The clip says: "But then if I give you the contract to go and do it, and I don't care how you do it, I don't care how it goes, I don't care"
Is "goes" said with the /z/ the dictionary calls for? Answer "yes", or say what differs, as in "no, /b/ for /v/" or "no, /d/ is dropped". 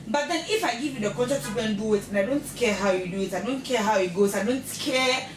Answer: no, /s/ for /z/